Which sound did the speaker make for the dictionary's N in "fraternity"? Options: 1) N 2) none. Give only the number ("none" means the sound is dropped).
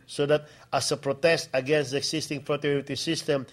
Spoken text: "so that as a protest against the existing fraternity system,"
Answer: 2